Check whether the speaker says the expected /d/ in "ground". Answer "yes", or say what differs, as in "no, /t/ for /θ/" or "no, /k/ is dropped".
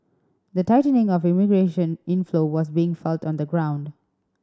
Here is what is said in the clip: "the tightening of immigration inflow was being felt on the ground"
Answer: yes